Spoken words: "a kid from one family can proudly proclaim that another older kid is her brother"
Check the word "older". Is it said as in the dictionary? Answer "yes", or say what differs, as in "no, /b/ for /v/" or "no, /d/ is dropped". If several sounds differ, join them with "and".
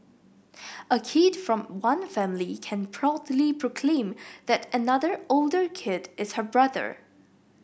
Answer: yes